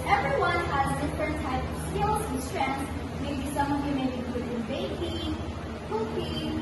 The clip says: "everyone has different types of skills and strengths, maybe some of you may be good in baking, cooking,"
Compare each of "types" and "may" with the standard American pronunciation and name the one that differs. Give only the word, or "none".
types